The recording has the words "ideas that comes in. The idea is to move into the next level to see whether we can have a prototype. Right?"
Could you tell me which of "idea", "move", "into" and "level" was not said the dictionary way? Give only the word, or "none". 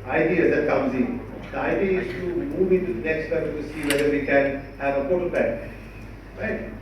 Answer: level